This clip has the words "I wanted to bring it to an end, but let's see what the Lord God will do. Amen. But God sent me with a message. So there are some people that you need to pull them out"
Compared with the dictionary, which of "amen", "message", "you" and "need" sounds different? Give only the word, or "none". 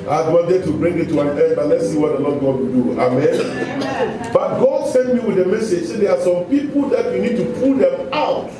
none